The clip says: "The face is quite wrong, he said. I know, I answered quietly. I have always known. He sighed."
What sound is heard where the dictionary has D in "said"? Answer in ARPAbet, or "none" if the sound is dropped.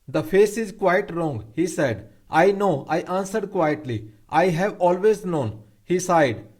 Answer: D